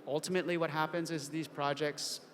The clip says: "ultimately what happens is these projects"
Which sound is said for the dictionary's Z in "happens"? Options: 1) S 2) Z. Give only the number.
2